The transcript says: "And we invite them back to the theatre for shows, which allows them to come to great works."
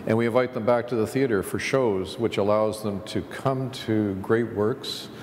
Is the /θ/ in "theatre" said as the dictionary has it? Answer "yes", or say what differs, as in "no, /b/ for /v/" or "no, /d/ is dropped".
yes